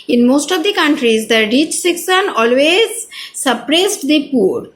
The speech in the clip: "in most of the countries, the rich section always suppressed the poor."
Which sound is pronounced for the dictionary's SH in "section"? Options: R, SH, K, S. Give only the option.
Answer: S